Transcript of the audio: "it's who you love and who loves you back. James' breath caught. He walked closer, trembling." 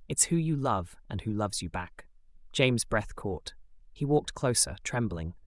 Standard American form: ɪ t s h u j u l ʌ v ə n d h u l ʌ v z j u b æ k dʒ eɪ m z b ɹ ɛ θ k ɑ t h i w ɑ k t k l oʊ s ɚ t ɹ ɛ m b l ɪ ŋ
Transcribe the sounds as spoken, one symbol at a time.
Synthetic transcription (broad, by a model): ɪ t s h u j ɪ l ʌ v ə n h u l ʌ v z j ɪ b æ k dʒ eɪ m z b ɹ ɛ θ k ɑ t h i w ɑ k t k l oʊ s ɚ t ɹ ɛ m b l ɪ ŋ